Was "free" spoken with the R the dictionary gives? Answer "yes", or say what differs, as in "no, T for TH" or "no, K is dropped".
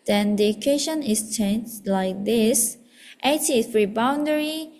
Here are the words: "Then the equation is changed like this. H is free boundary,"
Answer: yes